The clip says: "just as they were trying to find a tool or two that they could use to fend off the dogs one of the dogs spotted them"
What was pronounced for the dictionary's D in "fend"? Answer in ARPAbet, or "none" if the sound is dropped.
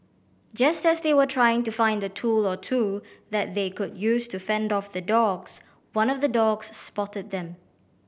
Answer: D